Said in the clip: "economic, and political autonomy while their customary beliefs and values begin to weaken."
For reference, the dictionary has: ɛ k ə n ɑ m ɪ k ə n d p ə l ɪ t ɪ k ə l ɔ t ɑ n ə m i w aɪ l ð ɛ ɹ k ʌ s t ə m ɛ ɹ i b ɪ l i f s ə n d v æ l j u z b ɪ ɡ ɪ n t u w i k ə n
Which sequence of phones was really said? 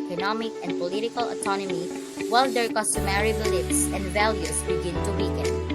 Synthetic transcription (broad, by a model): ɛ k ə n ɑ m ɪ k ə n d p ə l ɪ t ɪ k ə l ɔ t ɑ n ə m i w aɪ l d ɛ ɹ k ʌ s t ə m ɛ ɹ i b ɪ l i p s ə n d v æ l j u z b ɪ ɡ ɪ n t u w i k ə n